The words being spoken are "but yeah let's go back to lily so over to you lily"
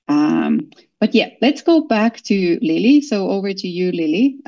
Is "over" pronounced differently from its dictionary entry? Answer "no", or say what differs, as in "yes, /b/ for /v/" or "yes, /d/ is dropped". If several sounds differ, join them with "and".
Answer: no